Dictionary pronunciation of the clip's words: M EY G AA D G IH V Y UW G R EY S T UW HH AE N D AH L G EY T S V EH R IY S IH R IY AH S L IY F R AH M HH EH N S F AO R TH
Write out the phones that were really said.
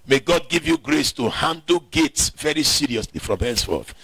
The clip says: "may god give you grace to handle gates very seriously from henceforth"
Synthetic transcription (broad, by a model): M EY G AA D G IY V Y UW G R EY S T UW HH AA N D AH L G EY T S V EH R IY S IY R IY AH S L IY F R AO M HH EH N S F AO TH